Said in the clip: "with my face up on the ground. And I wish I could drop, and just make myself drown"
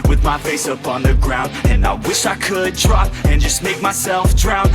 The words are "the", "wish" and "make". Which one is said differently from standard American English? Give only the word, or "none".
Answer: none